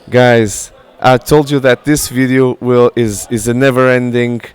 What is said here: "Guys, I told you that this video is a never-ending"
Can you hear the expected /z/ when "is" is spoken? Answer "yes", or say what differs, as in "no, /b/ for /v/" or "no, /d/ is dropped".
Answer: yes